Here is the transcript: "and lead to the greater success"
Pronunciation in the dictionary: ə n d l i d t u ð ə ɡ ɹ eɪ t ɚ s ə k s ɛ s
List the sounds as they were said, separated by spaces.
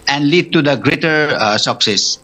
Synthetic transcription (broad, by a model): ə n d l i d t u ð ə ɡ ɹ eɪ t ɚ s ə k s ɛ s